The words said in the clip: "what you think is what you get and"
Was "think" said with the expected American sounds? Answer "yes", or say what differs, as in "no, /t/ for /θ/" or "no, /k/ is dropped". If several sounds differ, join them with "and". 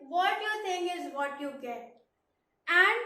no, /t/ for /θ/